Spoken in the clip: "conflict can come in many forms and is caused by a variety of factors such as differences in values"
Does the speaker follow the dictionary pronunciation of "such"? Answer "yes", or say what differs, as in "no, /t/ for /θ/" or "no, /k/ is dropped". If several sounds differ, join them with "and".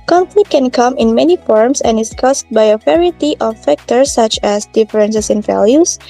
yes